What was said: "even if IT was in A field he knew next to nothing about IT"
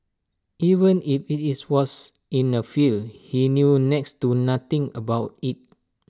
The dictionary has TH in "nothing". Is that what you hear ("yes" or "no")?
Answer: no